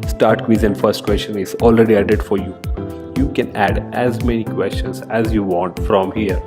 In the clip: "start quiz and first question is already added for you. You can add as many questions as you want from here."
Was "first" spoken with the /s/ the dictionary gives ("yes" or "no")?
yes